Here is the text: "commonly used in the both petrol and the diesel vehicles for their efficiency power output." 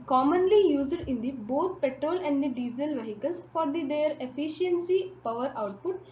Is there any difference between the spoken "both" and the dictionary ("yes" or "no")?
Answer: yes